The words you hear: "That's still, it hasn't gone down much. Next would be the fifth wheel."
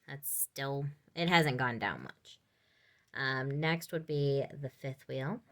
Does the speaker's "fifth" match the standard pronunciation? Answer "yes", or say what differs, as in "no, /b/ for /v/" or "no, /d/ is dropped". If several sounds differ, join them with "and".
yes